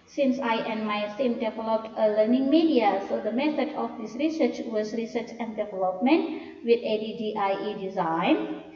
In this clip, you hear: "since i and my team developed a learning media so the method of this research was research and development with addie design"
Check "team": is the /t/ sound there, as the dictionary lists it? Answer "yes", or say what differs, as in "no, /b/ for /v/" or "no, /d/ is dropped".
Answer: no, /s/ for /t/